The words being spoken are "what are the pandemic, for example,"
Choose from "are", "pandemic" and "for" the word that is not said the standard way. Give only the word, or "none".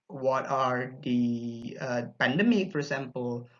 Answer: none